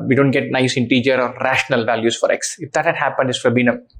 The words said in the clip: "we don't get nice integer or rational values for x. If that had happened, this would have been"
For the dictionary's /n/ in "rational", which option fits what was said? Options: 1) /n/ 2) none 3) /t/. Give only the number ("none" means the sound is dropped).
1